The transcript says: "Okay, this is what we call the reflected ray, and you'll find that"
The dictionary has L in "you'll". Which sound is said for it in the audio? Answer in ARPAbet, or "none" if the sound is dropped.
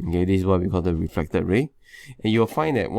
W